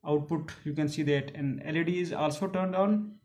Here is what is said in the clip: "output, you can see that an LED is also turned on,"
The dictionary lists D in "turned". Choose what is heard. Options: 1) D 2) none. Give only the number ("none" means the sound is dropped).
1